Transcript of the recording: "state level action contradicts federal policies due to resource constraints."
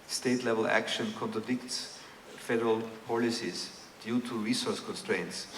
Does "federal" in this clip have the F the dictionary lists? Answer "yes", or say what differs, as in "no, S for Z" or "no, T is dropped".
yes